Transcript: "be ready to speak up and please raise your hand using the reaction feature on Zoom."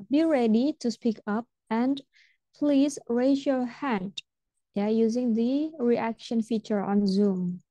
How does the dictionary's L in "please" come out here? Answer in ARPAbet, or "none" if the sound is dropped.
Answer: L